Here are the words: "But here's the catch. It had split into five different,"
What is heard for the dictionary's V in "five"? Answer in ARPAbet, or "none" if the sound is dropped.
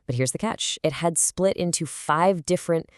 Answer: V